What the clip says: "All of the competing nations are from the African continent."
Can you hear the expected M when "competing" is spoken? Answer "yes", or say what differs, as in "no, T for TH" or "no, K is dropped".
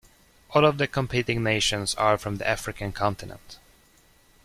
yes